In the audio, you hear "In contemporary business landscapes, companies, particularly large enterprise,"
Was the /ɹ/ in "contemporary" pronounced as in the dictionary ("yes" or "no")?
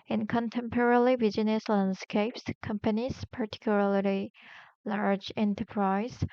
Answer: no